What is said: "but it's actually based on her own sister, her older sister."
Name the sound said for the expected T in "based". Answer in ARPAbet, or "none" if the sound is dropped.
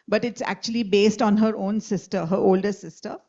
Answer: T